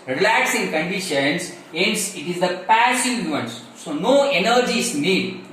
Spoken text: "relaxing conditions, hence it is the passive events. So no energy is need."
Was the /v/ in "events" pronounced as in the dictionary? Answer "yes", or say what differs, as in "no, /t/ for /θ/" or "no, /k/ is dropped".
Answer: no, /v/ is dropped